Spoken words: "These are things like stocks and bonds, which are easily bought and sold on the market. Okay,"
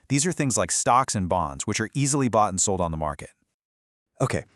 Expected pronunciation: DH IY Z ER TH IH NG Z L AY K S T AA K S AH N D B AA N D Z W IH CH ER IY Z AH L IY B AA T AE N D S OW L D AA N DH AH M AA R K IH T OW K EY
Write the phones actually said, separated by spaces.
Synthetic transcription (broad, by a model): DH IY Z ER TH IH NG Z L AY K S T AA K S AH N B AA N D Z W IH CH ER IY Z L IY B AA T N S OW L D N DH AH M AA R K IH T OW K EY